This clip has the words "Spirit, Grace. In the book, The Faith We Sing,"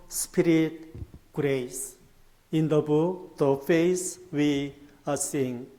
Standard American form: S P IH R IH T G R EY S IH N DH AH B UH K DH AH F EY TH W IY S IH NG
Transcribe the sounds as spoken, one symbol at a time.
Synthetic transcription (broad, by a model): S P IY R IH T G R EY S IH N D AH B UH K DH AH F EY S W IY S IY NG